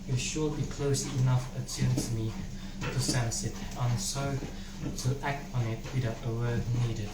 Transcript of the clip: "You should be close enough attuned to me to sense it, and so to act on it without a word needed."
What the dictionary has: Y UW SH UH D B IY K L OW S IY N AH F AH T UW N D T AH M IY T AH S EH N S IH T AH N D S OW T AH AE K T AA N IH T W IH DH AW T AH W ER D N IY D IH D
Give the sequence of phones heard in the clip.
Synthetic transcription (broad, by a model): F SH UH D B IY K L OW S IY N AH F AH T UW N T AH M IY T AH S EH N S IH T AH N S OW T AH AE K T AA N IH T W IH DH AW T AH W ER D N IY D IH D